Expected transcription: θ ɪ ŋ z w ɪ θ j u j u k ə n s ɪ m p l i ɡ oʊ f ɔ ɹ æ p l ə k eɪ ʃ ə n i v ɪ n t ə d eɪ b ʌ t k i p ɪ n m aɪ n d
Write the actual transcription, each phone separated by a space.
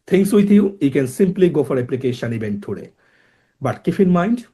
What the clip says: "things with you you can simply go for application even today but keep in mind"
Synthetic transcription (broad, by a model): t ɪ ŋ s w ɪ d j u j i k ə n s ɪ m p l i ɡ oʊ f ɔ ɹ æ p l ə k eɪ ʃ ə n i b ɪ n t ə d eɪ b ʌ t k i f ɪ n m aɪ n d